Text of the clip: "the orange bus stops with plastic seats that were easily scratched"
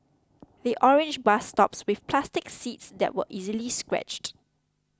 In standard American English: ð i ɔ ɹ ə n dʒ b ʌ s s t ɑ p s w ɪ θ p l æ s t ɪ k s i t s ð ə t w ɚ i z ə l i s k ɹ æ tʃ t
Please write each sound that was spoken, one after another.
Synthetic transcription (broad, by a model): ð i ɔ ɹ ə n dʒ b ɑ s s t ɑ p s w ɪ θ p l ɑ s t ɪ k s i t s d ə t w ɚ i z ə l i s k ɹ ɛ tʃ t